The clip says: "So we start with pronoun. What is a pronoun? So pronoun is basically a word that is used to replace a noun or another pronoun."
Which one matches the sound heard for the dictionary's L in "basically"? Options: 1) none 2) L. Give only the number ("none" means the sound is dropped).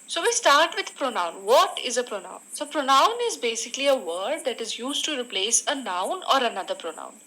2